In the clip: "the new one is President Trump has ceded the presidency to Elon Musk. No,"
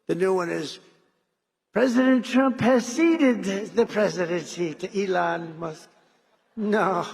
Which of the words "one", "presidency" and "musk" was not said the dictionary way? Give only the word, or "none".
none